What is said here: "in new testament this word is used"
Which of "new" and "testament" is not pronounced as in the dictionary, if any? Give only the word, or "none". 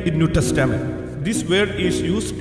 testament